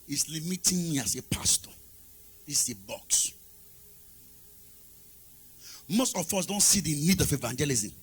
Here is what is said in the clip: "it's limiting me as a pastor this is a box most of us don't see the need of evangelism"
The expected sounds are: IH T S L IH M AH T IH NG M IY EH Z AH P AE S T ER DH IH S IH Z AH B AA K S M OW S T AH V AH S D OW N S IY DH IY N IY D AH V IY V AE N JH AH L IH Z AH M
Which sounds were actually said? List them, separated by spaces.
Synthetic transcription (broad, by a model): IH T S L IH M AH T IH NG M IY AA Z AH P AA S T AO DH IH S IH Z AH B AA K S M OW S T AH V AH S D OW N S IY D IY N IY D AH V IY V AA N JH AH L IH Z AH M